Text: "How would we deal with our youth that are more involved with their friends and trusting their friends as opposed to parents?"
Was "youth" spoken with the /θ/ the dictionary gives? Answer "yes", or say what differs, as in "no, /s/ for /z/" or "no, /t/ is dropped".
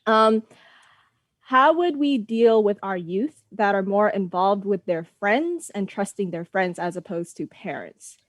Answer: yes